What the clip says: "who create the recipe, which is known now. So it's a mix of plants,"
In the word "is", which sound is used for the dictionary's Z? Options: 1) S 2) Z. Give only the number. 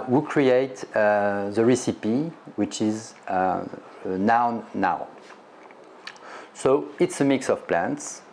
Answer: 2